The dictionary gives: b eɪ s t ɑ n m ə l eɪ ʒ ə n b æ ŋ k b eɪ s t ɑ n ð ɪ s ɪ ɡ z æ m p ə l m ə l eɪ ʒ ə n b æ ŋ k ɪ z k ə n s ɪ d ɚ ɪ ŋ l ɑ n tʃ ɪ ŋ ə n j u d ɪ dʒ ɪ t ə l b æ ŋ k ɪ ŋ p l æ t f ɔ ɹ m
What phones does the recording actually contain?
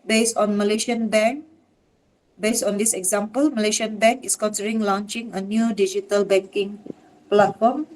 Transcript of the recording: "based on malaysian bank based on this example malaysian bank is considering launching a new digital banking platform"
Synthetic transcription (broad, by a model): b eɪ s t ɑ n m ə l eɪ ʃ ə n b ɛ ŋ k b eɪ s t ɑ n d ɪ s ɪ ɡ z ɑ m p ə l m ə l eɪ ʃ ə n b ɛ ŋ k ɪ s k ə n s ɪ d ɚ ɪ ŋ l ɑ n tʃ ɪ ŋ ə n j u d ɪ dʒ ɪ t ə l b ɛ ŋ k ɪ ŋ p l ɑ t f ɔ m